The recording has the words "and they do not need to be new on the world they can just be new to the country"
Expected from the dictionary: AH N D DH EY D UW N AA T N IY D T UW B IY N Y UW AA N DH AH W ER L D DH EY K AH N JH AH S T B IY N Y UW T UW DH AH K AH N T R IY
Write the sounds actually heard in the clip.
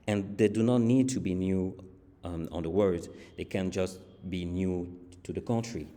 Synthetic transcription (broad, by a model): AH N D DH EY D UW N AA T N IY D T UW B IY N Y UW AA N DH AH W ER D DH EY K AH N JH AH S T B IY N Y UW T UW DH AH K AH N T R IY